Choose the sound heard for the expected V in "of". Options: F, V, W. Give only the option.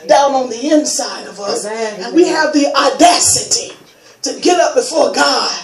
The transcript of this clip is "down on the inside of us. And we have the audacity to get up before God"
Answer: V